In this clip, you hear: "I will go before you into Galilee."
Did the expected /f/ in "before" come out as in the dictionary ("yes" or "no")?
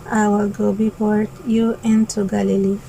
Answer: no